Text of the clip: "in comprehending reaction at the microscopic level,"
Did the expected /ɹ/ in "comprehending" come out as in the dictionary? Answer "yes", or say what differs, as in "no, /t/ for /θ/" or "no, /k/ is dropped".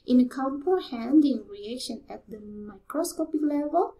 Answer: no, /ɹ/ is dropped